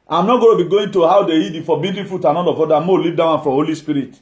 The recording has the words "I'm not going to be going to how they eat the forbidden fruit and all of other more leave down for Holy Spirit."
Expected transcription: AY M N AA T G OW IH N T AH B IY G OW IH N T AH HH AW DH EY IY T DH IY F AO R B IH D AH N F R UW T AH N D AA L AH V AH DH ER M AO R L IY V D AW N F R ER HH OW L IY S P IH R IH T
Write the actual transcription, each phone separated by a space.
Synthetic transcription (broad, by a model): AY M N AA T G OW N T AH B IY G OW IH N T AH HH AW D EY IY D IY F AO B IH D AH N F R UW T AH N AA N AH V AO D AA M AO L IY V D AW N F R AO HH OW L IY S P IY R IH T